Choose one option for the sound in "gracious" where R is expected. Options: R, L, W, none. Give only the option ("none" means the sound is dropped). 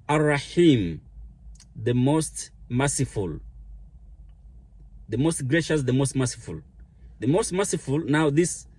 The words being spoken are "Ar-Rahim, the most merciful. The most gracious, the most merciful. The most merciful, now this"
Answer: R